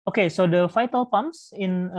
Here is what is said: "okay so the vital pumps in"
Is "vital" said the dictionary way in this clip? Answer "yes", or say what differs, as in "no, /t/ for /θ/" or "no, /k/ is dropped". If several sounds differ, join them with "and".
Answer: no, /f/ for /v/